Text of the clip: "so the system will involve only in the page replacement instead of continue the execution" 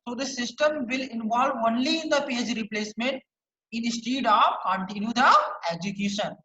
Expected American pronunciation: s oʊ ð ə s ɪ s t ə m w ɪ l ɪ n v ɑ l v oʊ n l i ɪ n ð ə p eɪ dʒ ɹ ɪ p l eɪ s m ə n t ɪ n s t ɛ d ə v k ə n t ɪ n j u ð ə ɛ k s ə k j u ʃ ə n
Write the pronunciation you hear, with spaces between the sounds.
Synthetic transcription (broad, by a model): s oʊ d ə s ɪ s t ə m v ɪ l ɪ n v ɑ l v oʊ n l i ɪ n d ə p eɪ dʒ ɹ ɪ p l eɪ s m ə n t ɪ n s t ɛ d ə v k ə n t ɪ n j u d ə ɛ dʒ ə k j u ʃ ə n